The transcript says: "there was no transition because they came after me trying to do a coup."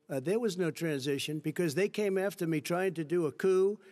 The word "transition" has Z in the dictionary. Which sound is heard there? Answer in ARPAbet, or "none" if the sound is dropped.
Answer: Z